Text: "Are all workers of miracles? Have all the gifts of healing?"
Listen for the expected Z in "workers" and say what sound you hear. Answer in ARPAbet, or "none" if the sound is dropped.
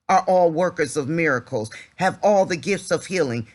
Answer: Z